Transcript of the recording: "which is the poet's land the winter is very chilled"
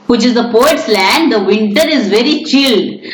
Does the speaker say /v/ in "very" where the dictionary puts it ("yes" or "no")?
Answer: yes